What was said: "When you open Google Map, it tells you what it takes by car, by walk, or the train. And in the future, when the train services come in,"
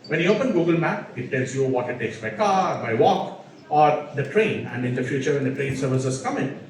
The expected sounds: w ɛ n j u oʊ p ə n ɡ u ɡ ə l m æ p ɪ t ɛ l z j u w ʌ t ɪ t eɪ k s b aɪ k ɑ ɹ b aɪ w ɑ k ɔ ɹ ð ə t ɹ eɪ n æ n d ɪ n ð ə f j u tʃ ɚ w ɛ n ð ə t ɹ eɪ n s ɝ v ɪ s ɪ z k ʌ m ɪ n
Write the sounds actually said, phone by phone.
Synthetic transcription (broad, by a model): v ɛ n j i oʊ p ə n ɡ u ɡ ə l m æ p ɪ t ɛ l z j u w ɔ t ɪ t eɪ k s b aɪ k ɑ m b aɪ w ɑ k ɔ ɹ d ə t ɹ eɪ n æ n d ɪ n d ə f j u tʃ ɚ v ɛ n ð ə t ɹ eɪ n s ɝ v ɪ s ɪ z k ʌ m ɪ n